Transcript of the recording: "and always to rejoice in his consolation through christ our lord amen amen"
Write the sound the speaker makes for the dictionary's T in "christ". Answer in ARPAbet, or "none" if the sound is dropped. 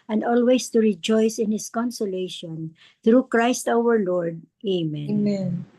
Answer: T